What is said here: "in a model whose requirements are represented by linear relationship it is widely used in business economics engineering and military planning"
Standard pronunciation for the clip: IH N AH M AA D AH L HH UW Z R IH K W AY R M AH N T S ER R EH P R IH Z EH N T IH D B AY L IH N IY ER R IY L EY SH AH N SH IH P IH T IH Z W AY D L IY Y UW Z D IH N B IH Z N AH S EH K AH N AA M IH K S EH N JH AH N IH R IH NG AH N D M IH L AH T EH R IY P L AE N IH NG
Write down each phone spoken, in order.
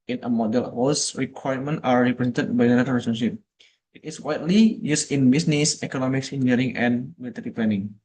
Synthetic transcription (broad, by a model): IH N AH M AA D AH L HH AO S R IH K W AY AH M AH N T AA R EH P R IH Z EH N T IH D B AY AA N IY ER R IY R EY S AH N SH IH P IH T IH S W AY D L IY Y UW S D IH N B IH S N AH S EH K AH N AA M IH K S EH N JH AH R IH NG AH N M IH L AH T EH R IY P L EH N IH NG